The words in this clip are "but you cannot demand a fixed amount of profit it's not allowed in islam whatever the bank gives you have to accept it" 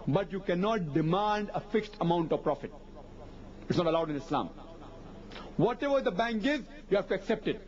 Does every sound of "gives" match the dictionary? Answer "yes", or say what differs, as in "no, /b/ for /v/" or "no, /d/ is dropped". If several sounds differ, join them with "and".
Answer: no, /v/ is dropped